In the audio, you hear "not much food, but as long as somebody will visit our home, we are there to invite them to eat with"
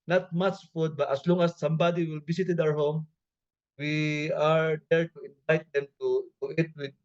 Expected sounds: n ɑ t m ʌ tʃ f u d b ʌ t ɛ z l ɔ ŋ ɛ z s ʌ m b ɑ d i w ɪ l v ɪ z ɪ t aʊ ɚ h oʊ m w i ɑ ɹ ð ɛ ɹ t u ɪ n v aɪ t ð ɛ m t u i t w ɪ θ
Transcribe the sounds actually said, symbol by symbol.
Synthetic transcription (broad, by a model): n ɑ t m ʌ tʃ f u d b ʌ t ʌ s l ɔ ŋ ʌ s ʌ m b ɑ d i w ɪ l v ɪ s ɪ t aʊ ɚ h oʊ m w i ɑ ɹ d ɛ ɹ t u ɪ n v aɪ t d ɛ m t u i t w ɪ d